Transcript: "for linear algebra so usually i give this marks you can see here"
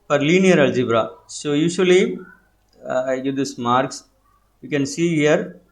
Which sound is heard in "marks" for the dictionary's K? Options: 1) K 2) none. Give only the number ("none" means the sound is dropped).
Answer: 1